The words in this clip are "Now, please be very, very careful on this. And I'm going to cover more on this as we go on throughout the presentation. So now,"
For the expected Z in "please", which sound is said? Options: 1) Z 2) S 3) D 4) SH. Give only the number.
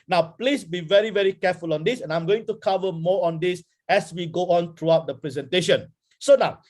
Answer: 2